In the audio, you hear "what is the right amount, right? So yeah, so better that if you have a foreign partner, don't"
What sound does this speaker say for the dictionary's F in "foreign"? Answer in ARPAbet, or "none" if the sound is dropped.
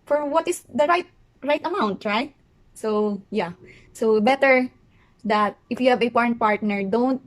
P